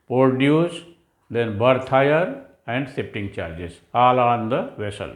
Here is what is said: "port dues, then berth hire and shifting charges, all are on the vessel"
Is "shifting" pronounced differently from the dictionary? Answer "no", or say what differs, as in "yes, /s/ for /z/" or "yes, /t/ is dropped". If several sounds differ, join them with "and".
yes, /s/ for /ʃ/